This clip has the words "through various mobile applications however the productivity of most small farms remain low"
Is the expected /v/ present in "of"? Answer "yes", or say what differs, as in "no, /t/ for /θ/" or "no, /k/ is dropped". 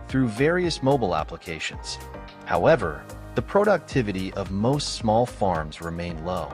yes